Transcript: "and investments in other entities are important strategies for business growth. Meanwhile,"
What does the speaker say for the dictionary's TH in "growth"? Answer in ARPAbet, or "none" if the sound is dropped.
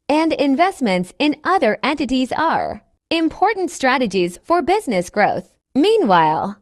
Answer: TH